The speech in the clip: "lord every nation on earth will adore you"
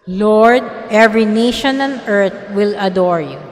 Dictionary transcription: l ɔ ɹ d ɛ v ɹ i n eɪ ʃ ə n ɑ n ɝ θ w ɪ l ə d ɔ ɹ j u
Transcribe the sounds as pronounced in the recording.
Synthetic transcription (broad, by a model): l ɔ ɹ d ɛ v ɹ i n eɪ ʃ ə n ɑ n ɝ t w ɪ l ə d ɔ ɹ j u